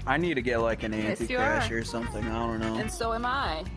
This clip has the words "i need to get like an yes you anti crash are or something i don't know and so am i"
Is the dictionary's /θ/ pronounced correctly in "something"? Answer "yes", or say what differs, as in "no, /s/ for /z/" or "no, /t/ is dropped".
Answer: yes